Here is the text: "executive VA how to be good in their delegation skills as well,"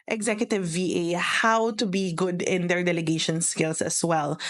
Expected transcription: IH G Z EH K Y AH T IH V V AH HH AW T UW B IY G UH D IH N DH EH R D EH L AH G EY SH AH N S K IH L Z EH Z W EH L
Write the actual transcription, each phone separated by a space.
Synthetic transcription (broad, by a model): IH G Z EH K Y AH T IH V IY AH HH AW T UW B IY G UH D IH N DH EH R D EH L AH G EY SH AH N S K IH L S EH S W EH L